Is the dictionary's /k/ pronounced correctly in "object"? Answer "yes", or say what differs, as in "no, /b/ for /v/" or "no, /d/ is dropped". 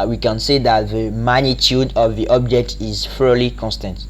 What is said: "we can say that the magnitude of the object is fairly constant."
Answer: yes